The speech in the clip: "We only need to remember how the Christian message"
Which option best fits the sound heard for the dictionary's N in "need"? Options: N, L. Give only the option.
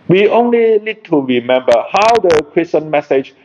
L